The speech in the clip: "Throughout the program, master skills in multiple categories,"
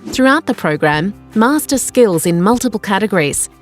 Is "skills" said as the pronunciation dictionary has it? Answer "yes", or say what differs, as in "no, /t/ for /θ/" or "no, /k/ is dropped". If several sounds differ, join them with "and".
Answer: yes